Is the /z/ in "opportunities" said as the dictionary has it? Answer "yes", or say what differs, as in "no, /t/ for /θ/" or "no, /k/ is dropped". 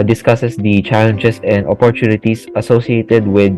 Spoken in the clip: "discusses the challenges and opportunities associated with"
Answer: no, /s/ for /z/